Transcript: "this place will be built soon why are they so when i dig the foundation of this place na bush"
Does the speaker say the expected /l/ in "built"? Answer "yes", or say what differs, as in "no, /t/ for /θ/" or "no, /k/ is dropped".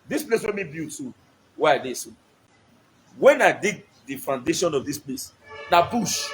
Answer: no, /l/ is dropped